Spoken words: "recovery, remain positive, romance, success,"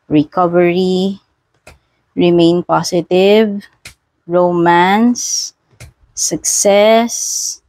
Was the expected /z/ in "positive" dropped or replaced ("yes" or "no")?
yes